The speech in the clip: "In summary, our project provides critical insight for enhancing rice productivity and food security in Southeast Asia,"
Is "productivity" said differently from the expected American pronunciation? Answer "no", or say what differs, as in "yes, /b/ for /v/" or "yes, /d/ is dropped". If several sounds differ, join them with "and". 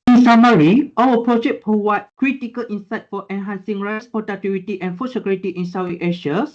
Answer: yes, /ɹ/ is dropped